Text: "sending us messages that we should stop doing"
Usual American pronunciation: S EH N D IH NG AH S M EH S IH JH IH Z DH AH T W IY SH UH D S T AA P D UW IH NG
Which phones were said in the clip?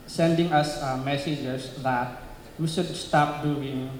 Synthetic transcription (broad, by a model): S EH N D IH NG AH S M EH S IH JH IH S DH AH T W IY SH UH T S T AA P D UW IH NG